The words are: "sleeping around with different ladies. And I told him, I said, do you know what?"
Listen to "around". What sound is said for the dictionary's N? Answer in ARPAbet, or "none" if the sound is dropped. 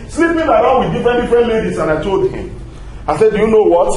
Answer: L